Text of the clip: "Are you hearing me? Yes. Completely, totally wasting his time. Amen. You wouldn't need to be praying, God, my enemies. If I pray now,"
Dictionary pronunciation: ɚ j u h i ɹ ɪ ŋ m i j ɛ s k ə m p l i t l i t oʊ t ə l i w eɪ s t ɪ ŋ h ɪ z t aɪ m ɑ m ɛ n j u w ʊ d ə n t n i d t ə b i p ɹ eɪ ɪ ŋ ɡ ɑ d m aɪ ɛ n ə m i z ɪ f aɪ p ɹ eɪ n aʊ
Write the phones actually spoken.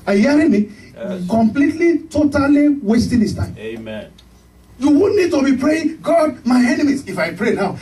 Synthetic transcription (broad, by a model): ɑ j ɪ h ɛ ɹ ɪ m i k ə m p l i t l i t oʊ t ə l i w eɪ s t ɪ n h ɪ s t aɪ ɑ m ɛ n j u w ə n n i d t ə b i p ɹ eɪ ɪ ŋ ɡ ɑ d m aɪ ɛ n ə m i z ɪ f aɪ p ɹ eɪ n aʊ